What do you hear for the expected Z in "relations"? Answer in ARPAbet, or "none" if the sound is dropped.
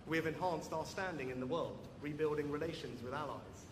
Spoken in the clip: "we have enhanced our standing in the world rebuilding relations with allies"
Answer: Z